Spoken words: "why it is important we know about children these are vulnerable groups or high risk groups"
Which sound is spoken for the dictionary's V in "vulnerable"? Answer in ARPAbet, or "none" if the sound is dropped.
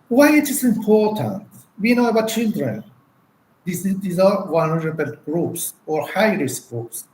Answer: W